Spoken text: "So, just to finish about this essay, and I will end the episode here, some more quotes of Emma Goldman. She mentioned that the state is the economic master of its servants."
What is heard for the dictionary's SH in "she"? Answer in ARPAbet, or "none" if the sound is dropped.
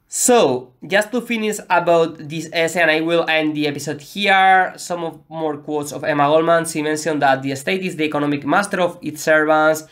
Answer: S